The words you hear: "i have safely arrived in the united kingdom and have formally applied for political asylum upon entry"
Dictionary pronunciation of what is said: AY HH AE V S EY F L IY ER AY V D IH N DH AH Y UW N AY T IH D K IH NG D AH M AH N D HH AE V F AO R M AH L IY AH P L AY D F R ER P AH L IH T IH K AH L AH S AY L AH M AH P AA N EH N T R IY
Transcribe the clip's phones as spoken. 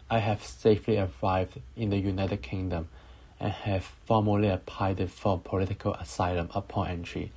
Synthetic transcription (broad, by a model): AY HH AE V S EY F L IY ER AY V D IH N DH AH Y UW N AY T IH D K IH NG D AH M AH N HH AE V F AO M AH L IY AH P AY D F R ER P AH L IH T IH K AH L AH S AY L AH M AH P AA N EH N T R IY